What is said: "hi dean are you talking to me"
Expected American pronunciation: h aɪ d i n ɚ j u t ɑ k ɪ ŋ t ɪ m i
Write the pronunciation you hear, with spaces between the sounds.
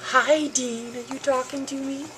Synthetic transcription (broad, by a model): h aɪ d i n ɚ j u t ɑ k ɪ ŋ t ɪ m i